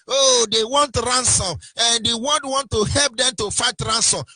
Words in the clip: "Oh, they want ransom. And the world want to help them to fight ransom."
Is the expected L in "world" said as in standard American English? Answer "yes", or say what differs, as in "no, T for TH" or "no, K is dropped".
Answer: no, N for L